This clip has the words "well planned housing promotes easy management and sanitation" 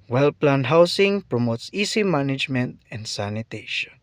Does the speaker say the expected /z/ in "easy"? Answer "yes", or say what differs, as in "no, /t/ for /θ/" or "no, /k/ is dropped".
no, /s/ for /z/